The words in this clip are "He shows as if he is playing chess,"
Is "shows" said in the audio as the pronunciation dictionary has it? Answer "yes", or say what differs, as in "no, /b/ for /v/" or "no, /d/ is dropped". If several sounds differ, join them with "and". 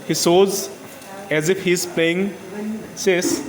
no, /s/ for /ʃ/